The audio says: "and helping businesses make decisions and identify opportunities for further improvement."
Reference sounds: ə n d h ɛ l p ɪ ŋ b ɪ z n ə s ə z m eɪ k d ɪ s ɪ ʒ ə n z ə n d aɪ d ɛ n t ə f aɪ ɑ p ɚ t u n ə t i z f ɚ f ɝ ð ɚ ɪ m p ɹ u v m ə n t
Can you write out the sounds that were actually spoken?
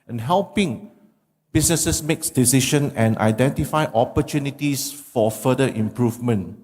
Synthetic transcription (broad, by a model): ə n h ɛ l p ɪ ŋ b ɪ s n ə s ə s m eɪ k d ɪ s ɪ ʃ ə n ə n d aɪ d ɛ n t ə f aɪ ɑ p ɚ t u n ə t i s f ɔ f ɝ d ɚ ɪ m p ɹ u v m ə n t